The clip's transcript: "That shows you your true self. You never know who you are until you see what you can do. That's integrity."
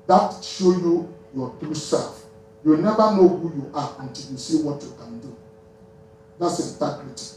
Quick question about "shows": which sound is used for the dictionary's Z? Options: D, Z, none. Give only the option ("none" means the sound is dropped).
none